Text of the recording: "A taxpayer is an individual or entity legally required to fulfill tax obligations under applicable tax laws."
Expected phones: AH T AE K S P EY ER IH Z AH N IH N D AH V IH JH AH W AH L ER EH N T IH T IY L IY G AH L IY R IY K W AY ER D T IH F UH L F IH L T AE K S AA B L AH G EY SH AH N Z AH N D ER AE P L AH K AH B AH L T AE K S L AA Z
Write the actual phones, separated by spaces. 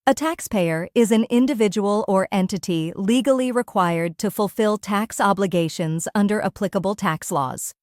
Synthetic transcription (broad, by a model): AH T AE K S P EY ER IH Z AH N IH N D AH V IH JH AH W AH L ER EH N T IH T IY L IY G L IY R IY K W AY ER D T IH F UH L F IH L T AE K S AA B L AH G EY SH AH N Z AH N D ER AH P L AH K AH B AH L T AE K S L AA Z